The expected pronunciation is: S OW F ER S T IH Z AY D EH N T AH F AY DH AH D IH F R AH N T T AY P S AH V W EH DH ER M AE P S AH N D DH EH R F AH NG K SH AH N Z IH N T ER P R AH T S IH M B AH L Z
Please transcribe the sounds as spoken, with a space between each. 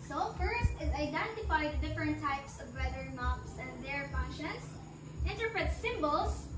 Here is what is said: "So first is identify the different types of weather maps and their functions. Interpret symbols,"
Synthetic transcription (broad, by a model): S OW F ER S T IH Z AY D EH N T AH F AY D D IH F R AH N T T AY P S AH V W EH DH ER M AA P S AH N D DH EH R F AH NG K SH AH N S IH N T ER P R AH T S IH M B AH L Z